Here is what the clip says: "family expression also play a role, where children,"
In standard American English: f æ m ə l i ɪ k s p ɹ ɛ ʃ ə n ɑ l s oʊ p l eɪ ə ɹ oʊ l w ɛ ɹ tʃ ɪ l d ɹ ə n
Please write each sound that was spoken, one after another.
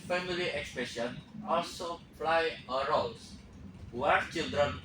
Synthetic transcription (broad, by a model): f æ m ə l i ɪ k s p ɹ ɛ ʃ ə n ɑ l s oʊ f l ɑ ə ɹ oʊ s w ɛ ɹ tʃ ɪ l d ɹ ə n